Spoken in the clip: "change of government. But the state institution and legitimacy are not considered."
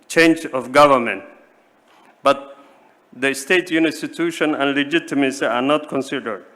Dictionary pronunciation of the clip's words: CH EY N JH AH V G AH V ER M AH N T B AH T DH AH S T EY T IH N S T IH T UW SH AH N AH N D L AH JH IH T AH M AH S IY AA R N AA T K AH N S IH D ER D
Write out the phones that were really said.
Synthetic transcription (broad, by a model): CH EY N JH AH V G AH V ER M AH N T B AH T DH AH S T EY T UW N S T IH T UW SH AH N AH N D L AH JH IH T AH M AH S IY AA R N AA T K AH N S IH D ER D